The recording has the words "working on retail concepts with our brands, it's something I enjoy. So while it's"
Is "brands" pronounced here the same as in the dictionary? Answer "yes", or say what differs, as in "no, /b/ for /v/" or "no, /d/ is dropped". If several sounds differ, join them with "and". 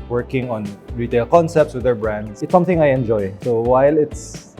no, /s/ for /z/